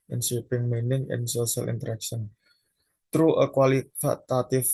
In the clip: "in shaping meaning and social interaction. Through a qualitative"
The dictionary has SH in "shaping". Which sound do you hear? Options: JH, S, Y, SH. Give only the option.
S